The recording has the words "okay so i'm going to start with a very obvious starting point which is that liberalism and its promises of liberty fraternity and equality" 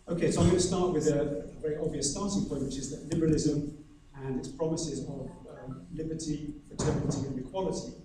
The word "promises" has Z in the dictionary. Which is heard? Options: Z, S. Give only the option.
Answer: Z